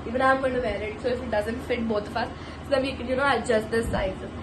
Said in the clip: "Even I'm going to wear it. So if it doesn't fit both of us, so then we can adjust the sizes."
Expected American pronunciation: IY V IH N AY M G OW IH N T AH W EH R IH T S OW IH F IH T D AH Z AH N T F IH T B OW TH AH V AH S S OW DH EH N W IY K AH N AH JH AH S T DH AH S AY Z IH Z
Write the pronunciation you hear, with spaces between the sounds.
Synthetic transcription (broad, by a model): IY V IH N AY M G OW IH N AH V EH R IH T S OW IH F IH T D AH Z AH N T F IH T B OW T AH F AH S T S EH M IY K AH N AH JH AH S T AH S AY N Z